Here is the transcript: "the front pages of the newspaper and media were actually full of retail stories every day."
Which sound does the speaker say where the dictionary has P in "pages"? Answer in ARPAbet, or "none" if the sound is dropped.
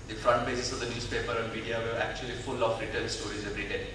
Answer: B